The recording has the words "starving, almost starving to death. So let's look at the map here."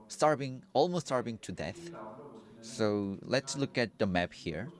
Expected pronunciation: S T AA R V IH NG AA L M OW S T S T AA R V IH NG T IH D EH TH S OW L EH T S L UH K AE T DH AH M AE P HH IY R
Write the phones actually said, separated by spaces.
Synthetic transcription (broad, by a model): S T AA R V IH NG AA L M OW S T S T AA R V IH NG T IH D EH TH S OW L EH T S L UH K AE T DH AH M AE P HH IY R